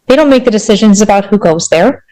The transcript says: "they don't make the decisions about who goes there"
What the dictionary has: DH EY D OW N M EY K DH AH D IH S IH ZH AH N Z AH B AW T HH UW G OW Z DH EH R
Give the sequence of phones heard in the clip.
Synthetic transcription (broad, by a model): DH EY D OW N M EY K DH AH D IH S IH ZH AH N Z AH B AW T HH UW G OW Z DH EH R